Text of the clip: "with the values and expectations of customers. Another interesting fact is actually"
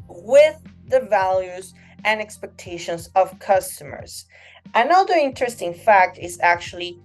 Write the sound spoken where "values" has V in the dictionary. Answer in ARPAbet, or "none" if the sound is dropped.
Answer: V